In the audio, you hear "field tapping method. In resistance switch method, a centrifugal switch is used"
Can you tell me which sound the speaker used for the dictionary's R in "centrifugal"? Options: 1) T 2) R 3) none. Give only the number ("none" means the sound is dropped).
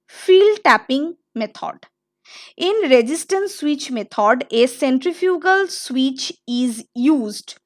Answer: 2